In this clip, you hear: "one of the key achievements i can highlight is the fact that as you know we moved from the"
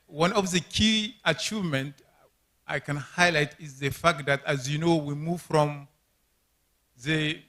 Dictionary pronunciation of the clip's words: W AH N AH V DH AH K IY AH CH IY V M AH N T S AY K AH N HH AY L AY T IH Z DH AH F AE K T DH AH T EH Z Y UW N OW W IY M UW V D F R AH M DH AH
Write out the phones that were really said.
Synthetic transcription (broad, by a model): W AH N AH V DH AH K IY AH CH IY V M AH N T AY K AH N HH AY L AY T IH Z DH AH F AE K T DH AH T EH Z Y UW N OW W IY M UW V F R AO M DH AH